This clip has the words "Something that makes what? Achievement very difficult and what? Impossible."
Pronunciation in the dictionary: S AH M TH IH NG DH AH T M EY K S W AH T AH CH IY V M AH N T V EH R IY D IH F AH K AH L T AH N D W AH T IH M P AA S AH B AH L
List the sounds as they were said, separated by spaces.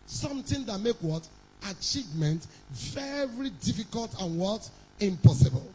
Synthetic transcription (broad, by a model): S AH M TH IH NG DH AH T M EY K W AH T AH CH IY V M AH N T V EH R IY D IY F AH K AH L T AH N W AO T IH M P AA S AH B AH L